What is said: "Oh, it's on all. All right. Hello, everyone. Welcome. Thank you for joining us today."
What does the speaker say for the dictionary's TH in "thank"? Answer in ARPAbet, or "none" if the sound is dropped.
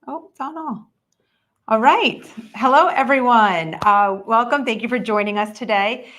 TH